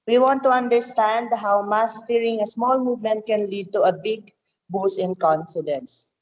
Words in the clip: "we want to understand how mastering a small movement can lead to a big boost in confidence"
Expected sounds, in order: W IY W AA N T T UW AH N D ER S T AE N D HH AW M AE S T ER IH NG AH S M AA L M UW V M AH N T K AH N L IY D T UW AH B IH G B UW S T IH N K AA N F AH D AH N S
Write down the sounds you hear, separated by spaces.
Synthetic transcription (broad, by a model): W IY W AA N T T UW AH N D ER S T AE N D HH AW M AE S T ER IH NG AH S M AA L M UW V M AH N T K AH N L IY D T UW AH B IH G B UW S IH N K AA N F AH D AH N S